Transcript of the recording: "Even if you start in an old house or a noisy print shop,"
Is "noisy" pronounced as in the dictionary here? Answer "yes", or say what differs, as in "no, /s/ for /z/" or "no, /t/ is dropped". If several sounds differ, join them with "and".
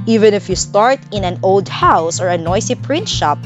no, /s/ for /z/